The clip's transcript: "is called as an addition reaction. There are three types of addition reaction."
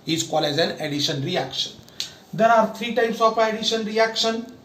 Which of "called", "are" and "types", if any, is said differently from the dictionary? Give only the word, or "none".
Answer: called